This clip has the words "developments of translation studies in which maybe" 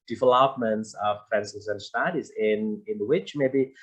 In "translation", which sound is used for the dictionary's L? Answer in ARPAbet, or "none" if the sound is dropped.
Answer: none